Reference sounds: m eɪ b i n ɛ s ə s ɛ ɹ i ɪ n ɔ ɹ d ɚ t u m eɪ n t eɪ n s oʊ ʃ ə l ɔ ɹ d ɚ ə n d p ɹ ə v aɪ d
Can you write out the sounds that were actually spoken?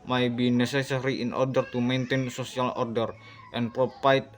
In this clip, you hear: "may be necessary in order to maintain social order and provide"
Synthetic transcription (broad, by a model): m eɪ b i n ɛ s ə s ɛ ɹ i ɪ n ɔ ɹ d ɚ t u m eɪ n t eɪ n s oʊ s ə l ɔ ɹ d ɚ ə n p ɹ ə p aɪ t